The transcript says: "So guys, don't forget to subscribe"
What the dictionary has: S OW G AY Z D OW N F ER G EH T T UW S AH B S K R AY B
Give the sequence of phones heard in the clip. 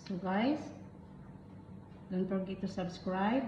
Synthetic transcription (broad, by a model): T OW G AY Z D OW N P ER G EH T T UW S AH B S K R AY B